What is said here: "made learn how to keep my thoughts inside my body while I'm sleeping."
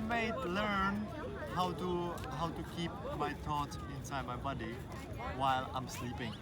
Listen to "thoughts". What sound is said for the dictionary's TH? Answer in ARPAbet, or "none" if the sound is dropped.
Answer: T